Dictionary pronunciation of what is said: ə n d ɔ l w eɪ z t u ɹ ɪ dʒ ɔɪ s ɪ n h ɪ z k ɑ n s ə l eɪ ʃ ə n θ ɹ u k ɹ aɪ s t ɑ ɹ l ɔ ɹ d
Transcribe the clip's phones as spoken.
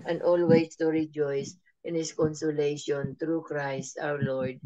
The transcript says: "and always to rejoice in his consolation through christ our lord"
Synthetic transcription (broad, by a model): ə n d ɔ l w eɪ s t u ɹ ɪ dʒ ɔɪ s ɪ n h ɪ s k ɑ n s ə l eɪ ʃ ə n t ɹ u k ɹ aɪ s t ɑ w l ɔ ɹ d